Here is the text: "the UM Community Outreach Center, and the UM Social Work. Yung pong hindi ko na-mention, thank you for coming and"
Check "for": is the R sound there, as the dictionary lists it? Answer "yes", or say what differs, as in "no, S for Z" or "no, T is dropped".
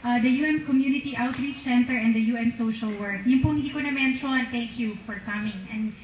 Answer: yes